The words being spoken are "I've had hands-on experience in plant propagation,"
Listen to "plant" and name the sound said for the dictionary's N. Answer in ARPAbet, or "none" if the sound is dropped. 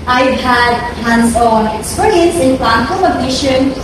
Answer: none